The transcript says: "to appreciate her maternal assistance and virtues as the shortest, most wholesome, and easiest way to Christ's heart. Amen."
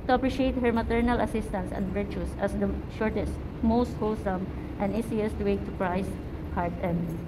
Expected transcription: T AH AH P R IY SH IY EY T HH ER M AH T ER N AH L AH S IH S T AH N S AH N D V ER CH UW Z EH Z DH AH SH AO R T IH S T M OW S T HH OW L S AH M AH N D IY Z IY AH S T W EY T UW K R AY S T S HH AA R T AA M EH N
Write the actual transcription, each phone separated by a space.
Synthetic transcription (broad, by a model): T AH AH P R IY SH IY EY T HH ER M AH T ER N AH L AH S IH S T AH N S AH N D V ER CH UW S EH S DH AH SH AO R T IH S T M OW S T HH OW L S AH M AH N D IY S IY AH S T W EY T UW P R AY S S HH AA R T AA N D